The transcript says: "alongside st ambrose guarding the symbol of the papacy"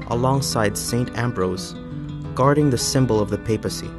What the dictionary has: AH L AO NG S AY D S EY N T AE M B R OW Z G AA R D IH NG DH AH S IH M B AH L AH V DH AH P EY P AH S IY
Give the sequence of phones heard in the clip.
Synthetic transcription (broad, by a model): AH L AO NG S AY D S EY N T AE M B R OW Z G AA R D IH NG DH AH S IH M B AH L AH V DH AH P EY P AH S IY